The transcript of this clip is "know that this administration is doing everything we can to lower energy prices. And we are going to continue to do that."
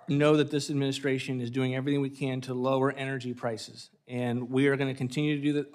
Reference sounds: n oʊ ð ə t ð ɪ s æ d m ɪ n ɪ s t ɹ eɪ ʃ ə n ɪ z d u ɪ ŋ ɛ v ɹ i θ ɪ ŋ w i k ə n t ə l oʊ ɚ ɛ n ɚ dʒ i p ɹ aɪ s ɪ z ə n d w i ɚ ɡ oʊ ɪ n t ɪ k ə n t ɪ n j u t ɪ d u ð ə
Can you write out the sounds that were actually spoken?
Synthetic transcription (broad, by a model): n oʊ ð ə t ð ɪ s æ d m ɪ n ɪ s t ɹ eɪ ʃ ə n ɪ z d u ɪ ŋ ɛ v ɹ i θ ɪ ŋ w i k ə n t ə l oʊ ɚ ɛ n ɚ dʒ i p ɹ aɪ s ɪ z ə n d w i ɚ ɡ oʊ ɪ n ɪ k ə n t ɪ n j u t ɪ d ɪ ð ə